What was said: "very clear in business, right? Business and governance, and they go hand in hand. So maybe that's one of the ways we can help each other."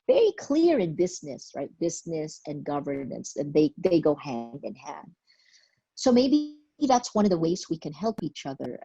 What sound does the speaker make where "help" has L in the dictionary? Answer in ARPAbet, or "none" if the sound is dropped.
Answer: L